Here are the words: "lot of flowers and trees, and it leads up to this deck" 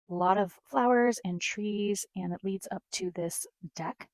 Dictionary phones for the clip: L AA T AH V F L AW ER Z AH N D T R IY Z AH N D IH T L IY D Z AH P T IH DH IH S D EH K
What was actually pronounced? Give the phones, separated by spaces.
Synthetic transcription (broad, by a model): L AA T AH V F L AW ER Z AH N T R IY Z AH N IH T L IY D Z AH P T IH DH IH S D EH K